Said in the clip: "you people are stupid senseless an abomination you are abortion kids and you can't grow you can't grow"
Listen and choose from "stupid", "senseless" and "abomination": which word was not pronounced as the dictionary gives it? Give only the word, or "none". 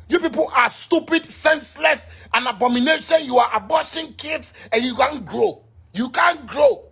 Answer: none